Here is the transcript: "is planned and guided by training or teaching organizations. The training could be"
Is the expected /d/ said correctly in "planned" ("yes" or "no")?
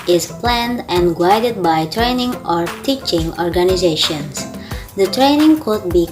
yes